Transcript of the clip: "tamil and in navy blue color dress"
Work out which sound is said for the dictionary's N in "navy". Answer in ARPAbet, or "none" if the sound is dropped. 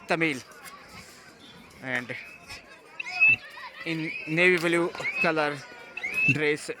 N